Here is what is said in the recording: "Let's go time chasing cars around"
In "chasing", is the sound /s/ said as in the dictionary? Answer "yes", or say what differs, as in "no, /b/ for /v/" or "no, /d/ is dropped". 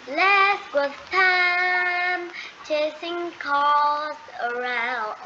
yes